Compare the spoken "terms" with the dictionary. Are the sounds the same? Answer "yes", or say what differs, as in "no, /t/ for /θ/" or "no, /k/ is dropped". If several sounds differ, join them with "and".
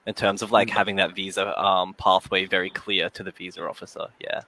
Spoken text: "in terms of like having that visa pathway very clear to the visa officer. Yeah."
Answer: yes